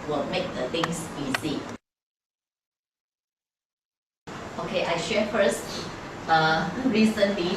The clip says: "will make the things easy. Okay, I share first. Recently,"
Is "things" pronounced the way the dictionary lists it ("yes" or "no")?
no